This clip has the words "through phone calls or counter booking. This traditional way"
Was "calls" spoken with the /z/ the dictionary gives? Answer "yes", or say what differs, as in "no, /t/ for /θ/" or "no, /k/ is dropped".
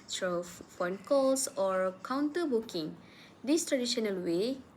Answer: no, /s/ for /z/